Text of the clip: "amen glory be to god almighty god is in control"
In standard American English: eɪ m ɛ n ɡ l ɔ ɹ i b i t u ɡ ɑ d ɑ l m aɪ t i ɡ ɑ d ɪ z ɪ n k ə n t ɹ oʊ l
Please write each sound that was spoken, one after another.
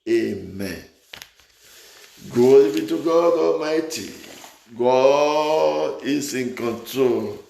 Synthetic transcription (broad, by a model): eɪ m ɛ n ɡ ɔ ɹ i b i t u ɡ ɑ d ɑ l m aɪ t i ɡ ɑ ɪ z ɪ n k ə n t ɹ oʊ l